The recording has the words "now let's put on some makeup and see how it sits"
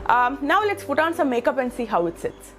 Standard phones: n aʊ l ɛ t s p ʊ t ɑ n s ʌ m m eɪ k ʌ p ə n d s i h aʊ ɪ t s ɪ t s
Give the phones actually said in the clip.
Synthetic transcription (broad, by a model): n aʊ l ɛ t s f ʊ t ɑ n s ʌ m m eɪ k ʌ p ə n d s i h aʊ ɪ t s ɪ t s